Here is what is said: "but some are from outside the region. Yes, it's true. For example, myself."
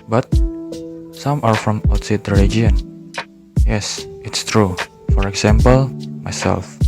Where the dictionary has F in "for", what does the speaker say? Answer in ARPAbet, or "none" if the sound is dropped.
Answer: F